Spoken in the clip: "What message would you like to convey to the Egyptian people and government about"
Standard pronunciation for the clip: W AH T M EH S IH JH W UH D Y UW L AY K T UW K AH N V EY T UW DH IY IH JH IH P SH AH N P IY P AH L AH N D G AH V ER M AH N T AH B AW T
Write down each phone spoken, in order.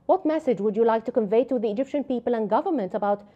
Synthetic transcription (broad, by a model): W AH T M EH S IH JH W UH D Y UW L AY K T UW K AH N V EY T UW DH IY IH JH IH P SH AH N P IY P AH L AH N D G AH V ER M AH N T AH B AW T